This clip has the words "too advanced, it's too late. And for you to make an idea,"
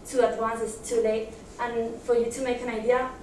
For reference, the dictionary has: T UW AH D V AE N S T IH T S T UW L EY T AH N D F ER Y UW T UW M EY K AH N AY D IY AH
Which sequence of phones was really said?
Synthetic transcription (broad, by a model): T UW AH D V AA N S IH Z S T UW L EY T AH N F ER Y UW T UW M EY K AH N AY D IY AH